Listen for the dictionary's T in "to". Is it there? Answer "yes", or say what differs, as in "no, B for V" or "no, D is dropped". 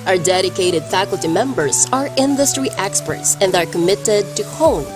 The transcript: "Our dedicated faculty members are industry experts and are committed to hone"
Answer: yes